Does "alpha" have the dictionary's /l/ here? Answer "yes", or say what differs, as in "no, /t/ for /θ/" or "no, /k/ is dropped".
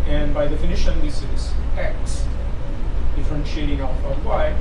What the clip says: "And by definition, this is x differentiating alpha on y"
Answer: no, /l/ is dropped